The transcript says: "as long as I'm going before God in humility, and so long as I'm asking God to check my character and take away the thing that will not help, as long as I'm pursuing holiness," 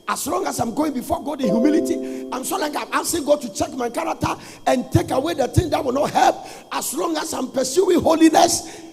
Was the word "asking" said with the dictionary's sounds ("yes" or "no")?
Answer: no